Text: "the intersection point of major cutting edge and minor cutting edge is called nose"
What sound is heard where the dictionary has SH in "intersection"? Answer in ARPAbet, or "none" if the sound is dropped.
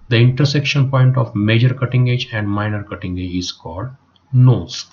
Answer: SH